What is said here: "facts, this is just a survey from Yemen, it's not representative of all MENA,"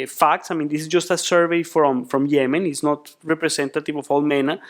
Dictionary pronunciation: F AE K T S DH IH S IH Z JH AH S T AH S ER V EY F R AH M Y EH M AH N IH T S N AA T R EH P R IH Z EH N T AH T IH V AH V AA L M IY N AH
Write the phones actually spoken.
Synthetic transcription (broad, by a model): F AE K T S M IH S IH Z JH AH S T AH S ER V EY F R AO M Y EH M AH N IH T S N AA T R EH P R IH S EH N T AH T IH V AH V AA L M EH N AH